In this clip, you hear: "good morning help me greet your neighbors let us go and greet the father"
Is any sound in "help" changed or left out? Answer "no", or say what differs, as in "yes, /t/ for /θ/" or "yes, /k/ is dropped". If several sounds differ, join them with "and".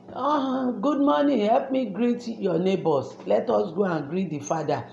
no